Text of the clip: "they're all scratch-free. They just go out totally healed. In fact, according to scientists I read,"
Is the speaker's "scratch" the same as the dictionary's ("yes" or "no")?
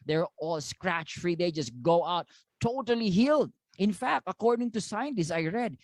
yes